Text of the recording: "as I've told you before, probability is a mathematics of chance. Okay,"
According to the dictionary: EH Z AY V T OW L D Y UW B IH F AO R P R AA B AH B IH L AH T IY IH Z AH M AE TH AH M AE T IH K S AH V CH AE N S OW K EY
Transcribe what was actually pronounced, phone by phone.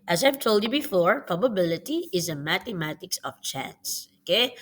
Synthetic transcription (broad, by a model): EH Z AY V T OW L D Y UW B IH F AO R P R AA B AH B IH L AH T IY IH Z AH M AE T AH M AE T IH K S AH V CH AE N S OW K EY